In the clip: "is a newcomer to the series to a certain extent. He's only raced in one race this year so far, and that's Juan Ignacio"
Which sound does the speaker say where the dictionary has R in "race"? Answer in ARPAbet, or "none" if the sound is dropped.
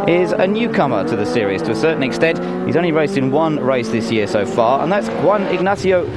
R